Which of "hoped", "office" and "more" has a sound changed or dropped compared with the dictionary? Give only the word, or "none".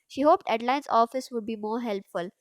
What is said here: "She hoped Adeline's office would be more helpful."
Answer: none